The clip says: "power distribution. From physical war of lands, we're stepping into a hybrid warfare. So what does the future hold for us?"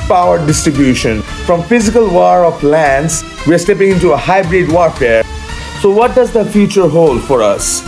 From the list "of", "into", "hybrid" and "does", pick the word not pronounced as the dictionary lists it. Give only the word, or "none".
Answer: of